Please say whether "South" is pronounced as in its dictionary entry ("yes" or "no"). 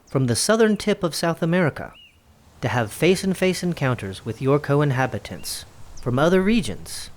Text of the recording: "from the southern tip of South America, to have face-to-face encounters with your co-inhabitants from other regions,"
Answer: yes